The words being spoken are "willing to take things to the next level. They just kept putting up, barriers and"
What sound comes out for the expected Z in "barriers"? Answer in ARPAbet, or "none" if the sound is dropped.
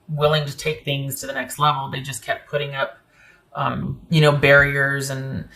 Z